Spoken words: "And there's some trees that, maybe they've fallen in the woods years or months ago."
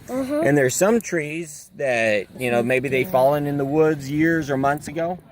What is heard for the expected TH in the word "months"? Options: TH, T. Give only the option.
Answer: TH